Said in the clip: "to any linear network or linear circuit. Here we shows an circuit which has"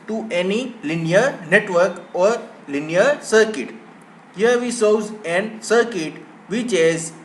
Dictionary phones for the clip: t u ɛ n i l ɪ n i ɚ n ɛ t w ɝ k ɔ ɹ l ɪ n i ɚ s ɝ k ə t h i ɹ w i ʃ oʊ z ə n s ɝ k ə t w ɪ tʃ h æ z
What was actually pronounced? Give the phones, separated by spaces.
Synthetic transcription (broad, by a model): t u ɛ n i l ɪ n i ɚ n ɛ t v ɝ k ɔ ɹ l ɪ n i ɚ s ɝ k ə t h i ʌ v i s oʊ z ə n s ɝ k ə t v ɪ tʃ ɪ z